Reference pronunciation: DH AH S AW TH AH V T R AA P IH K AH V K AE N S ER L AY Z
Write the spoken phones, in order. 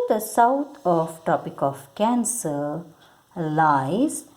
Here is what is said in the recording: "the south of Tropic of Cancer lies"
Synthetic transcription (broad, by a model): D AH S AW T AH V T AA P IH K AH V K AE N S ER L AY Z